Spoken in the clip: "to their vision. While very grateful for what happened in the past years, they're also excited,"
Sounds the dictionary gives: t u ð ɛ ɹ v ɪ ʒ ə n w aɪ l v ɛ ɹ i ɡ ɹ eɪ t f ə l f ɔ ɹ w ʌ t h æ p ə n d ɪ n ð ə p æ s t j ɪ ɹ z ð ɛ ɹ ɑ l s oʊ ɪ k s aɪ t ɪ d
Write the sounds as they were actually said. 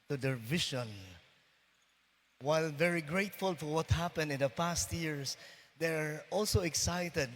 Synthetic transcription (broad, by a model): t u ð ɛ ɹ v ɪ ʃ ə n w aɪ l v ɛ ɹ i ɡ ɹ eɪ t f ə l f ɔ ɹ w ʌ t h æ p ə n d ɪ n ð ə p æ s t j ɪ ɹ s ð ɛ ɹ ɑ l s oʊ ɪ k s aɪ t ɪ d